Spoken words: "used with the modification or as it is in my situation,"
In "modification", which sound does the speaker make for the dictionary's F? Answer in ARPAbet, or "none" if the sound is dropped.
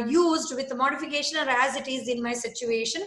F